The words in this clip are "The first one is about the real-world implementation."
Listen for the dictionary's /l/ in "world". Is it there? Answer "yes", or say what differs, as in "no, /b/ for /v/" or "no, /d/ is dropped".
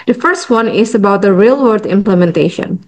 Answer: no, /l/ is dropped